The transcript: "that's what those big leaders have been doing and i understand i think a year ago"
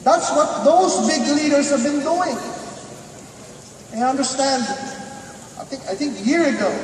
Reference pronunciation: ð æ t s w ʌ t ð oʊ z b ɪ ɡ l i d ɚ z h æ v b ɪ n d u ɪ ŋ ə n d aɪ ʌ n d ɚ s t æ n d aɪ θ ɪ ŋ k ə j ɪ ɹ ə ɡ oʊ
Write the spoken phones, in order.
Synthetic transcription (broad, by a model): ð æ t s w ʌ t ð oʊ z b ɪ ɡ l i d ɚ z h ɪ v b ɪ n d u ɪ ŋ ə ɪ ʌ n d ɚ s t æ n d aɪ θ ɪ ŋ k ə j ɪ ɹ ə ɡ oʊ